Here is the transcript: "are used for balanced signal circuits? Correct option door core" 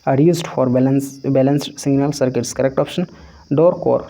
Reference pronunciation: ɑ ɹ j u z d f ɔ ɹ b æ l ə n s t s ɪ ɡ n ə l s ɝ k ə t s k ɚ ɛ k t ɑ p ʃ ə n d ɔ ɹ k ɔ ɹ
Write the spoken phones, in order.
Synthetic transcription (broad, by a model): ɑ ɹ j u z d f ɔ ɹ b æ l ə n s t s ɪ ɡ n ə l s ɝ k ə t s k ɚ ɛ k t ɑ p ʃ ə n d ɔ ɹ k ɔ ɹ